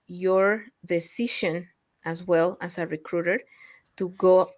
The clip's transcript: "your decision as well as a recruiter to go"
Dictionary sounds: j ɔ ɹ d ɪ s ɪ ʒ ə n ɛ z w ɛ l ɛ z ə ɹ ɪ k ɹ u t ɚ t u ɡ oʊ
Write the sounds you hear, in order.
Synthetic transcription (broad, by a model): j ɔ ɹ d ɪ s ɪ ʃ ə n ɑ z w ɛ l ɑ s ə ɹ ɪ k ɹ u t ɚ t u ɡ oʊ